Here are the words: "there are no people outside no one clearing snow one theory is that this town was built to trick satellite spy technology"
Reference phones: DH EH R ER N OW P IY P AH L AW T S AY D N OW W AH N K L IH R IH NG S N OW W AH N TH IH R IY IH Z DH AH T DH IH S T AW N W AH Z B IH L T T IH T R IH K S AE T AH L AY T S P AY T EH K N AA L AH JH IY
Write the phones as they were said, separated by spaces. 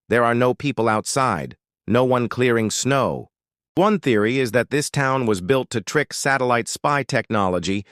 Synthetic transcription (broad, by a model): DH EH R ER N OW P IY P AH L AW T S AY D N OW W AH N K L IH R IH NG S N OW W AH N TH IH R IY IH Z DH AH T DH IH S T AW N W AH Z B IH L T T IH T R IH K S AE T AH L AY T S P AY T EH K N AA L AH JH IY